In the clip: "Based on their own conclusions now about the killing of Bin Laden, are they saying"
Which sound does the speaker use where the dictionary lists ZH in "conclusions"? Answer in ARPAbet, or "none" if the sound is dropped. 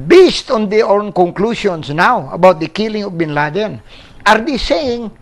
S